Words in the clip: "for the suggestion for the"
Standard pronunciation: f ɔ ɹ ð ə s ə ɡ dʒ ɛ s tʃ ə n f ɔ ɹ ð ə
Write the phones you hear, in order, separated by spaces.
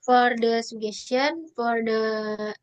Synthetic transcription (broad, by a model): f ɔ ɹ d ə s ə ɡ ɛ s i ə n f ɔ ɹ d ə